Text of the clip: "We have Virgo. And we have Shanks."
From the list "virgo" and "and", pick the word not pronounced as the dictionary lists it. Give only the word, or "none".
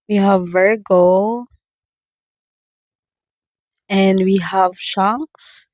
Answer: none